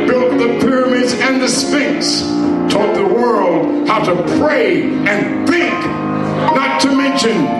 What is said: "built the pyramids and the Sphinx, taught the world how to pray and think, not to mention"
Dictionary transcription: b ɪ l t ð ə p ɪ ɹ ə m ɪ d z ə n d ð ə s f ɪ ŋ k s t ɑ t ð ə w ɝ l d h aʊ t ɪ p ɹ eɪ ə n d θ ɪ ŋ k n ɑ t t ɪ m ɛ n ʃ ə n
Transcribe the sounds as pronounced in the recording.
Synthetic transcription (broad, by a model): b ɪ l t ð ə p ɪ ɹ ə m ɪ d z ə n ð ə s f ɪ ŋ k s t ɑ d ð ə w ɝ l d h aʊ t ɪ p ɹ eɪ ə n θ ɪ ŋ k n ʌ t t ɪ m ɛ n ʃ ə n